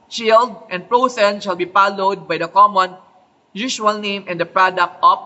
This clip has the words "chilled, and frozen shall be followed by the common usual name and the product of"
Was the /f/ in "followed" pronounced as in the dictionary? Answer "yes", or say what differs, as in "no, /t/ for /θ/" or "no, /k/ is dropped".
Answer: no, /p/ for /f/